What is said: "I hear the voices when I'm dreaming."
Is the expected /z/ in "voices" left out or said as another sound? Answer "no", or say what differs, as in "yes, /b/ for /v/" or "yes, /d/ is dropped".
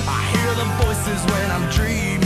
no